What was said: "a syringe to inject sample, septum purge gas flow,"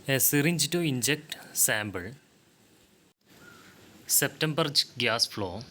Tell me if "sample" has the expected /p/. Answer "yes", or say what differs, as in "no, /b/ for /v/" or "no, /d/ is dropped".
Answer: no, /b/ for /p/